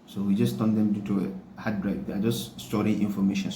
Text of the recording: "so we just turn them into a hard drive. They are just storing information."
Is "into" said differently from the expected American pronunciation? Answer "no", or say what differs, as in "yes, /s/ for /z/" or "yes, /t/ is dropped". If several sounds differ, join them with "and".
yes, /n/ is dropped